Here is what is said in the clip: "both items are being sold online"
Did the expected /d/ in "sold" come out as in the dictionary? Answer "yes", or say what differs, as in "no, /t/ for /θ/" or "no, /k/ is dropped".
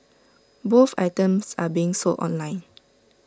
no, /d/ is dropped